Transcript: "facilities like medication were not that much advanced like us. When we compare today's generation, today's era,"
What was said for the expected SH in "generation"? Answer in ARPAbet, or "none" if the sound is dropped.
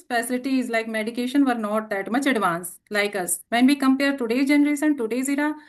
S